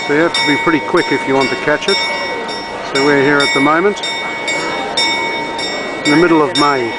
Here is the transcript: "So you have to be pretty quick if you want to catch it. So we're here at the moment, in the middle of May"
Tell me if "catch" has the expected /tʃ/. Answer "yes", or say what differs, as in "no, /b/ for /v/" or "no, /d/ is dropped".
yes